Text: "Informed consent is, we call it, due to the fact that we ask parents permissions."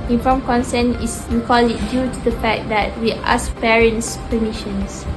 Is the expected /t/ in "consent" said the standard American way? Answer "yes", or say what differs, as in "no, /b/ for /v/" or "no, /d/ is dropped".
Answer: no, /t/ is dropped